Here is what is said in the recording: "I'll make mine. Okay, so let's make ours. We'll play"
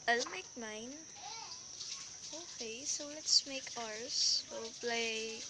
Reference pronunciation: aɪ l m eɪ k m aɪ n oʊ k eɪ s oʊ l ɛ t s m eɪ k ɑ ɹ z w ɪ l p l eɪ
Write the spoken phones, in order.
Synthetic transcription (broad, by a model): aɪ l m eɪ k m aɪ n oʊ k eɪ s oʊ l ɛ t s m eɪ k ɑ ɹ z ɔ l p l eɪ